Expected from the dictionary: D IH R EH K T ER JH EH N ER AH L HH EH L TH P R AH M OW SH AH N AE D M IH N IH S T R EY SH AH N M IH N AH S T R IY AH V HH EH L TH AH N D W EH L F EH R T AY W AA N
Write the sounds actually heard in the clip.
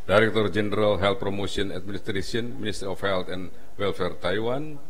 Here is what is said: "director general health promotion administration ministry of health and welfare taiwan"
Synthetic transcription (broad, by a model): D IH R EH K T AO JH EH N ER AH L HH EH L T P R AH M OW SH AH N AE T M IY N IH S T R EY S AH N M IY N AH S T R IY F HH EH L T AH N W EH L F EH R T AY W AA N